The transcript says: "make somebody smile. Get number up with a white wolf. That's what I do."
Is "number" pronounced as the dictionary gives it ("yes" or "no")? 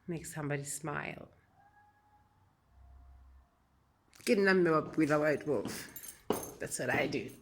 no